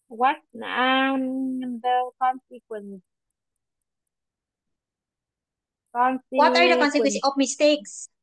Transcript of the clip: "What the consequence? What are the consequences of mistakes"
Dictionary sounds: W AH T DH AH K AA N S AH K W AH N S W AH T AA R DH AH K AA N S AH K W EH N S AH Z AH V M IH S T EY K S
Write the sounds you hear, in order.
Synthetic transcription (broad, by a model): W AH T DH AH K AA N S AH K W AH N S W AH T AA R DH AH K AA N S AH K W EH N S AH AH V M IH S T EY K S